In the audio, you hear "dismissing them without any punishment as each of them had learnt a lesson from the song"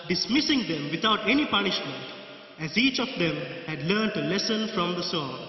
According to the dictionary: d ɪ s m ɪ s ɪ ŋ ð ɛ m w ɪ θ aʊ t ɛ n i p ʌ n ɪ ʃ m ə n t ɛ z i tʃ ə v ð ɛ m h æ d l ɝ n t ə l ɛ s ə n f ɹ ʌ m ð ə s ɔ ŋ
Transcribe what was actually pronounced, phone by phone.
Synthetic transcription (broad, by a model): d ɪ s m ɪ s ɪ ŋ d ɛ m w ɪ t aʊ t ɛ n i p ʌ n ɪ ʃ m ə n t ɛ z i tʃ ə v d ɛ m h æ d l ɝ n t ə l ɛ s ə n f ɹ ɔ m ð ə s ɔ